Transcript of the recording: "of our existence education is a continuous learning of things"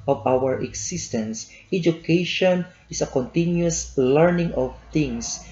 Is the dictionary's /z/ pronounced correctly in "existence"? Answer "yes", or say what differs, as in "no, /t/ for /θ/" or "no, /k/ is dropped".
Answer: no, /s/ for /z/